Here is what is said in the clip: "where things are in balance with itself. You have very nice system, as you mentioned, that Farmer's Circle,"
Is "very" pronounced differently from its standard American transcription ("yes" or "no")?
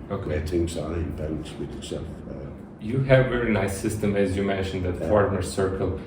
no